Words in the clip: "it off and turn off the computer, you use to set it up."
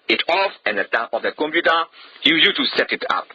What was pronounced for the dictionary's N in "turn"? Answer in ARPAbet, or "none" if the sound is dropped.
none